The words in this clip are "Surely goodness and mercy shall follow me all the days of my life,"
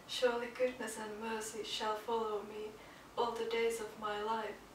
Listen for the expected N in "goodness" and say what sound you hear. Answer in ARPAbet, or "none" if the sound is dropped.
N